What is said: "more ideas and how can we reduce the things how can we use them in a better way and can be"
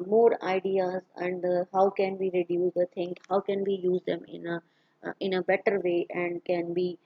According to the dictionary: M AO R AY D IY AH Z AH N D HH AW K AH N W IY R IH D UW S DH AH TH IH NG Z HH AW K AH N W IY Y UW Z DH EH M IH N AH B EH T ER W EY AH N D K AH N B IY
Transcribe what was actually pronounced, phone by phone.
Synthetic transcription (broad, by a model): M AO R AY D IY AH Z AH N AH HH AW K AH N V IY R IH D UW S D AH T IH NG HH AW K AH N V IY Y UW Z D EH M IH N AH B EH T ER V EY AH N D K AH N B IY